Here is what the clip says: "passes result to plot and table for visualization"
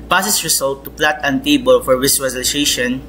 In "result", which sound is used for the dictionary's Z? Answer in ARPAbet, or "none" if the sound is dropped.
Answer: S